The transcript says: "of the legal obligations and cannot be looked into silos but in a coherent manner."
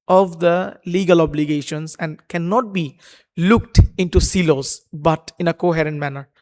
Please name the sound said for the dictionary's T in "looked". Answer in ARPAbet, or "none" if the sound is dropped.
T